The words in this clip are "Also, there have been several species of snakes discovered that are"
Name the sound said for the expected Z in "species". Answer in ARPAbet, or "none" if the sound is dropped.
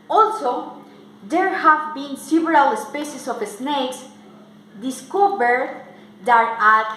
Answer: S